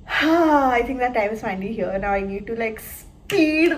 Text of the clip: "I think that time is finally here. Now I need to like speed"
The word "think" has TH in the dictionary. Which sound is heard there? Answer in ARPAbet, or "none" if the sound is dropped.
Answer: T